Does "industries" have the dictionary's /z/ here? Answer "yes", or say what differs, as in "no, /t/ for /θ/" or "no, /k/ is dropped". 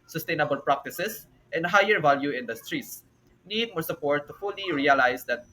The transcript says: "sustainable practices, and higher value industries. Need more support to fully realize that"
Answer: no, /s/ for /z/